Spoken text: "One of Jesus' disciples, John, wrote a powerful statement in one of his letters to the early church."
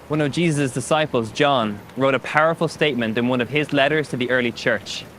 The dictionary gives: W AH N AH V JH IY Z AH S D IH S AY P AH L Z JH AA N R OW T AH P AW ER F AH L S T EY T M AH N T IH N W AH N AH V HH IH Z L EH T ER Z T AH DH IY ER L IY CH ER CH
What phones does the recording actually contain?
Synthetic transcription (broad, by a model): W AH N AH V JH IY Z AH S D IH S AY P AH L Z JH AA N R OW T AH P AW ER F AH L S T EY T M AH N T IH N W AH N AH V IH Z L EH T ER Z T AH DH IY ER L IY CH ER CH